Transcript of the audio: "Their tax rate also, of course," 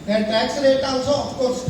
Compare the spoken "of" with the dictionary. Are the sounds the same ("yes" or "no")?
no